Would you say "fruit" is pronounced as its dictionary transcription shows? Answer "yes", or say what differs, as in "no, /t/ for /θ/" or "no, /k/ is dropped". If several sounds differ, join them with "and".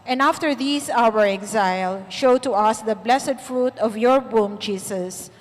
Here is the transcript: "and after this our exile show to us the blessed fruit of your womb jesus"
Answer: yes